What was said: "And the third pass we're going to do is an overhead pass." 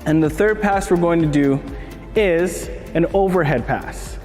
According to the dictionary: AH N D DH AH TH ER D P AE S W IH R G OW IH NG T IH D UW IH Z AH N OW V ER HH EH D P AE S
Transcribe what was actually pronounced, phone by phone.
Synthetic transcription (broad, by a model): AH N DH AH TH ER D P AE S W IH R G OW IH NG T IH D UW IH Z AH N OW V ER HH EH D P AE S